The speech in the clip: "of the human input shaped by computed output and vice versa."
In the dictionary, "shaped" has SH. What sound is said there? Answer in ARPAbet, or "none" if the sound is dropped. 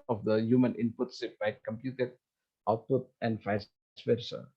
S